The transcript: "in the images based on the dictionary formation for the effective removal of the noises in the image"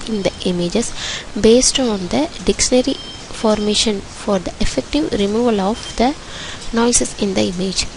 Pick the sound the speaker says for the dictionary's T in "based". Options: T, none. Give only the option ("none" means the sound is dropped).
T